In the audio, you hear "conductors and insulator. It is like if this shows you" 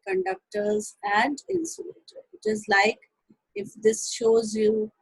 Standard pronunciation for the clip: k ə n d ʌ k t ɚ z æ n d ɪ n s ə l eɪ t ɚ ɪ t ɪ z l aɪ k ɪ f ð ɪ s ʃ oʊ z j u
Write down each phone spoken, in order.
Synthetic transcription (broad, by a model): k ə n d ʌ k t ɚ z æ n d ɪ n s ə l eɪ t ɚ ɪ t ɪ z l aɪ k ɪ f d ɪ s ʃ oʊ z j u